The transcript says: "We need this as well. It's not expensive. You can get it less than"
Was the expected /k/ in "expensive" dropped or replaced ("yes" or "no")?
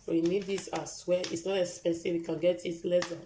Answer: yes